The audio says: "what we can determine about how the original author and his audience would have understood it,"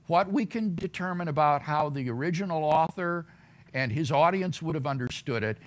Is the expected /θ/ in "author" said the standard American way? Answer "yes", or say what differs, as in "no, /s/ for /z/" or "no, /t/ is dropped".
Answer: yes